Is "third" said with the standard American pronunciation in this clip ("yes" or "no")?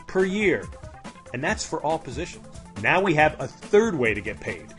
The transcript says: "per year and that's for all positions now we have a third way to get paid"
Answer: yes